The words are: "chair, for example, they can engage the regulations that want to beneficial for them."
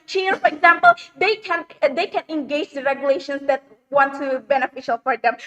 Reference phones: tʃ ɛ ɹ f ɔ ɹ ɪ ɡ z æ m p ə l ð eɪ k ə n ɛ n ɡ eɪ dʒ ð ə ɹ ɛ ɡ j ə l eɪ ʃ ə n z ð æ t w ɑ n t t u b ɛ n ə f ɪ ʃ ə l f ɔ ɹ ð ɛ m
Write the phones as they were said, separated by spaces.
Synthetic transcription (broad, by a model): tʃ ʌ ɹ f ɔ ɹ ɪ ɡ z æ m p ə n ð eɪ k ə n ɛ n ɡ eɪ dʒ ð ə ɹ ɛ ɡ j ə l eɪ ʃ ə n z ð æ t w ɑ n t t u b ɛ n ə f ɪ ʃ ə l f ɔ ɹ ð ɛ m